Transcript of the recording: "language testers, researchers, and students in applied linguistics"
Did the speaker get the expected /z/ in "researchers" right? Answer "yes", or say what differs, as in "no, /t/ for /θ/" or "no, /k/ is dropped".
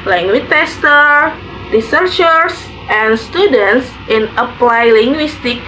no, /s/ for /z/